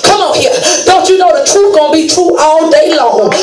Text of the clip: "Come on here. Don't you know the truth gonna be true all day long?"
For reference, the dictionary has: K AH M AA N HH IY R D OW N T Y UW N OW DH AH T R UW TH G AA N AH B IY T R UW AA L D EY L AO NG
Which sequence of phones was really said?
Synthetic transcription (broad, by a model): K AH M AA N HH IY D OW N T Y UW N OW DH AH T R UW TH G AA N B IY T R UW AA N D EY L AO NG